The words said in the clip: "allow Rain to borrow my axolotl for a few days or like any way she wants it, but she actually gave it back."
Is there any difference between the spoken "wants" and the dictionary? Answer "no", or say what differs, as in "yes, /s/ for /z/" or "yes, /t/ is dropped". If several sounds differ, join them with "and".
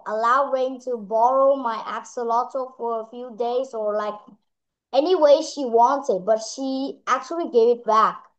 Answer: yes, /s/ is dropped